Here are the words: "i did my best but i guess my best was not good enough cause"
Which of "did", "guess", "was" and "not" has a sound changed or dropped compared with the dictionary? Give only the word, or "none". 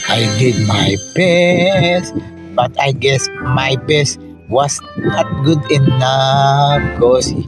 was